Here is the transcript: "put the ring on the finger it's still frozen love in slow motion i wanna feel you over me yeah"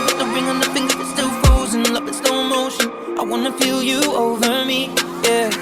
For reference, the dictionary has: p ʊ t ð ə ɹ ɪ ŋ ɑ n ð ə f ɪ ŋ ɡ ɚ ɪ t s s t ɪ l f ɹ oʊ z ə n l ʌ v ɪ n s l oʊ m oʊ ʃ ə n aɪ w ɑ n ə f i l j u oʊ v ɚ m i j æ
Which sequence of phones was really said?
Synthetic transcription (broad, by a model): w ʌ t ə ɹ ɪ ŋ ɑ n ð ə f ɪ ŋ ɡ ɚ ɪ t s s t ɪ l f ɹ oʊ z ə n l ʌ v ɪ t s n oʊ m oʊ ʃ ə n aɪ w ɑ n ə p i l j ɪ oʊ v ɚ m i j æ